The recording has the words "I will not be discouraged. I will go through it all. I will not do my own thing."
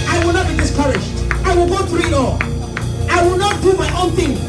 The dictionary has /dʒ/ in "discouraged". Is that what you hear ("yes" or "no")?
no